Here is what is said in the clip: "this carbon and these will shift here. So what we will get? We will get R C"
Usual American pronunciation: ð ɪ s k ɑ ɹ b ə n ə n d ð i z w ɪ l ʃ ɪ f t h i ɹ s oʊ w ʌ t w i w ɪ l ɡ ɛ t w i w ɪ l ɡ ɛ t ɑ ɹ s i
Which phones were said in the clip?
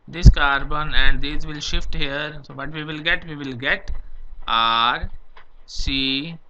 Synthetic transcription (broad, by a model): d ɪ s k ɑ ɹ b ə n ə n d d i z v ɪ l ʃ ɪ f t h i ɹ s oʊ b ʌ t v i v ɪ l ɡ ɛ t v i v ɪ l ɡ ɛ t ɑ ɹ s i